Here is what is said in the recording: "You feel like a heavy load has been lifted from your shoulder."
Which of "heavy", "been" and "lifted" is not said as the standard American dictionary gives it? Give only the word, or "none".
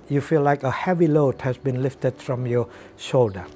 none